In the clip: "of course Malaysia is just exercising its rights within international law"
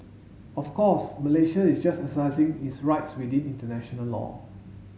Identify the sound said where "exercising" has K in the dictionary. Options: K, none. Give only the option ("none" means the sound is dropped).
none